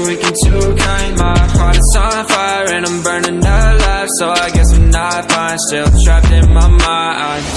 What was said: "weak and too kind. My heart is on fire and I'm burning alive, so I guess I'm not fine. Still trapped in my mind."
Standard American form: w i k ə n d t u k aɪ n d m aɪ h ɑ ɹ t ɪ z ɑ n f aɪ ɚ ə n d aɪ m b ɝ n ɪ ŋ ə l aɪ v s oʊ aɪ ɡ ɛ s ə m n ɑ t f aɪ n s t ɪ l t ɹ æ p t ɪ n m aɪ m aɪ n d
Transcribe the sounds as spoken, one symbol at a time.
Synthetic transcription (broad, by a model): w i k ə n t u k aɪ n m aɪ h ɑ ɹ t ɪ s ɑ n f aɪ ɚ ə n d aɪ m b ɝ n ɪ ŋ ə l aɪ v s oʊ aɪ ɡ ɛ s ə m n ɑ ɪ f aɪ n s t ɪ l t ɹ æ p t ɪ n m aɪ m aɪ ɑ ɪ